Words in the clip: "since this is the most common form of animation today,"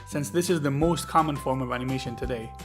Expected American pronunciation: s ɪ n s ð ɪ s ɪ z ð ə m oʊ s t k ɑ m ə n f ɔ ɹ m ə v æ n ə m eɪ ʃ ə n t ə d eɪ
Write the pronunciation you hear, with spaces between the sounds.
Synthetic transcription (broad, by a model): s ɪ n s ð ɪ s ɪ z ð ə m oʊ s t k ɑ m ə n f ɔ ɹ m ə v æ n ə m eɪ ʃ ə n t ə d eɪ